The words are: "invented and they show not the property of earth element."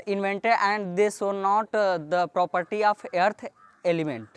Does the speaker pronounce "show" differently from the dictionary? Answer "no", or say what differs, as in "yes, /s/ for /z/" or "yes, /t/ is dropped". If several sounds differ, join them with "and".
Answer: yes, /s/ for /ʃ/